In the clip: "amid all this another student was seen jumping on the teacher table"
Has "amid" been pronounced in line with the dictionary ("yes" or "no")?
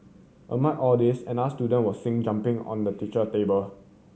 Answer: no